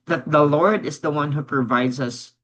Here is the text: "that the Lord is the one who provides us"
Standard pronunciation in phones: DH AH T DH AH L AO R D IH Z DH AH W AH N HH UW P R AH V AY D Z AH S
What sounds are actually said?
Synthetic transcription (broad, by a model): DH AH T DH AH L AO R D IH Z DH AH W AH N HH UW P R AH V AY D Z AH S